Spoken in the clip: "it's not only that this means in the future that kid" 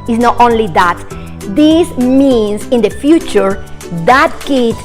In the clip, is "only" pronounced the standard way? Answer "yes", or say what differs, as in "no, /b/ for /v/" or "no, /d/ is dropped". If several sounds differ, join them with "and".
yes